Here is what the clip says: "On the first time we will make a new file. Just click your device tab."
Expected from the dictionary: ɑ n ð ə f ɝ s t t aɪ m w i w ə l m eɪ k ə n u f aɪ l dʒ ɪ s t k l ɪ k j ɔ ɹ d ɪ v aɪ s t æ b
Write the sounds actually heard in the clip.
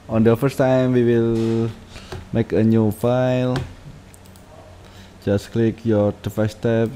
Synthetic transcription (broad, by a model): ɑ n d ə f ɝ s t t aɪ m w i w ə l m eɪ k ə n u f aɪ l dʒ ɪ s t k l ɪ k j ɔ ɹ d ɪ f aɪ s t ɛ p